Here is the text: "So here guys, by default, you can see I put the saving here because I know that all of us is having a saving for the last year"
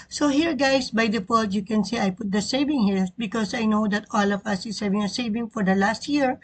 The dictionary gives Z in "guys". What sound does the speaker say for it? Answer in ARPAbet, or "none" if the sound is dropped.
S